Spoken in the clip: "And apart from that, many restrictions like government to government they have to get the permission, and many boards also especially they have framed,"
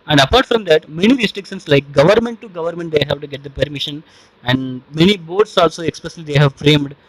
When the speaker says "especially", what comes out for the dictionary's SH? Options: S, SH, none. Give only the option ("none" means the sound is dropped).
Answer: S